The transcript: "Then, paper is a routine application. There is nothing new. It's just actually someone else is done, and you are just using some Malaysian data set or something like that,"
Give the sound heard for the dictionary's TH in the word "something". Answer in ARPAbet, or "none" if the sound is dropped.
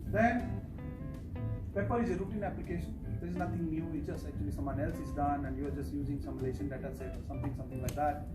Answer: T